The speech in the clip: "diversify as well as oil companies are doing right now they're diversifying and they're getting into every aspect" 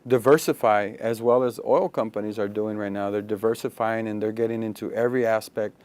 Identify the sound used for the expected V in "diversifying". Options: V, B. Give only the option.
V